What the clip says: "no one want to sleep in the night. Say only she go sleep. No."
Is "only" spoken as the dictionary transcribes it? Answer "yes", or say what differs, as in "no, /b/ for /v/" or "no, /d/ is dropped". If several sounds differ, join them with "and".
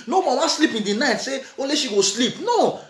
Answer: no, /n/ is dropped